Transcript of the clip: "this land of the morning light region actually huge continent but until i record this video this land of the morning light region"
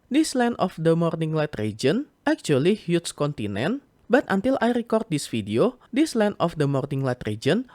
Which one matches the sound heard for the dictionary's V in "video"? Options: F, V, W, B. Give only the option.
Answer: F